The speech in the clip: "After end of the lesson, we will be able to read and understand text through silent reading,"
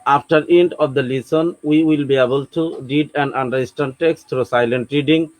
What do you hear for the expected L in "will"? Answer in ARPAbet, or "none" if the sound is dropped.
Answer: L